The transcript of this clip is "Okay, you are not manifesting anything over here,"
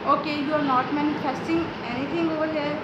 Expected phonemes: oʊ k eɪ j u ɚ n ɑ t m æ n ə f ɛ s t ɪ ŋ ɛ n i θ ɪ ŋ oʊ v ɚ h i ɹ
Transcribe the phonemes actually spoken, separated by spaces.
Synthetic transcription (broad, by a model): oʊ k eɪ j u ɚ n ɑ t m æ n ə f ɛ s t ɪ ŋ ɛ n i t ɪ ŋ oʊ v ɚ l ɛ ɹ